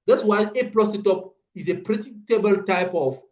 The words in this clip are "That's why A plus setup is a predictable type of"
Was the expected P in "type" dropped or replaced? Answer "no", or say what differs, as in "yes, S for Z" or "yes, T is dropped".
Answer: no